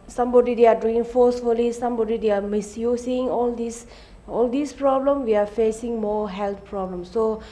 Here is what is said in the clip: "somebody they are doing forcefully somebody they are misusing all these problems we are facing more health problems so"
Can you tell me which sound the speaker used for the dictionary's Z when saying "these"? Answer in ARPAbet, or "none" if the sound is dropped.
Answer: S